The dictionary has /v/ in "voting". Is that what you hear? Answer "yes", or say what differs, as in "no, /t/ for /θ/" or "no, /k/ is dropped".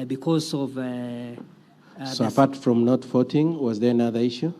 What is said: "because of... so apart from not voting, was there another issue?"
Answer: no, /f/ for /v/